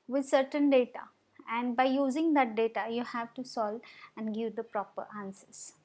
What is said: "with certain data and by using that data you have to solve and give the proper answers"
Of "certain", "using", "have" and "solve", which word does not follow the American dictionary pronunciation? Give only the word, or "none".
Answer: solve